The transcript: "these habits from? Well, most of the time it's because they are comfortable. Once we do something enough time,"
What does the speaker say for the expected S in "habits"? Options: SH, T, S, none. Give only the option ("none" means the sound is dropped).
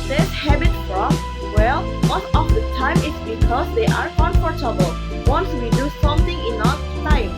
none